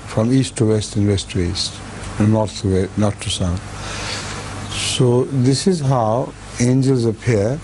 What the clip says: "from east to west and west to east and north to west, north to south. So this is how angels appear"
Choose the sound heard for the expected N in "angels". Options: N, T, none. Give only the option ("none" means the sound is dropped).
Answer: N